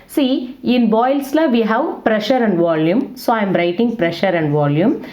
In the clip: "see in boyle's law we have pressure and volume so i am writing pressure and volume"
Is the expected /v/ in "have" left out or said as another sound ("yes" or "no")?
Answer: no